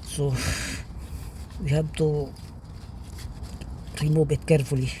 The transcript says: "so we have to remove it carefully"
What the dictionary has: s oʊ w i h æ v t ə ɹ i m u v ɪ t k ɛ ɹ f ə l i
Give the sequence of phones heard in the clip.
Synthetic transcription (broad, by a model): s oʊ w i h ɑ b t ə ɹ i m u b ɪ t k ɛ ɹ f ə l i